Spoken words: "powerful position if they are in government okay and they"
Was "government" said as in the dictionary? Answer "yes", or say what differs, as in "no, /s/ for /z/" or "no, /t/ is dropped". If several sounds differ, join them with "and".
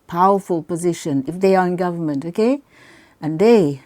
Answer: yes